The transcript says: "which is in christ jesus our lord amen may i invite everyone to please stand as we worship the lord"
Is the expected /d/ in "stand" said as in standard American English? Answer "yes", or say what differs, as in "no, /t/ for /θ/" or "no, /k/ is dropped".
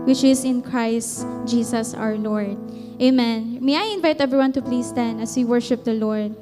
no, /d/ is dropped